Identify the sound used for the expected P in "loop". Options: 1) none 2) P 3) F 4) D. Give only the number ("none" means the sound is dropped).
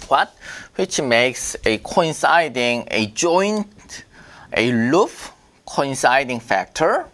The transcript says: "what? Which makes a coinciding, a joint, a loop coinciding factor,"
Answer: 3